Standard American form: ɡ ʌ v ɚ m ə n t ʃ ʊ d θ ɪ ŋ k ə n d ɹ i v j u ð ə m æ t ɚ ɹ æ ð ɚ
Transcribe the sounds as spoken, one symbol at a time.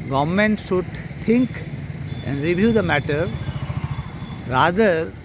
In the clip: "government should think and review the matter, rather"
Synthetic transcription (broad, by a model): ɡ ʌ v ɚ m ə n t s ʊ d t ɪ ŋ k ə n d ɹ i v j u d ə m æ t ɚ ɹ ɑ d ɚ